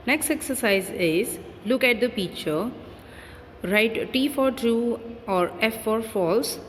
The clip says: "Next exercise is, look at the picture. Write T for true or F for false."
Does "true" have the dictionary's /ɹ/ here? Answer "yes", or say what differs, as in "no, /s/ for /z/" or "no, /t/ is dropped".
no, /ɹ/ is dropped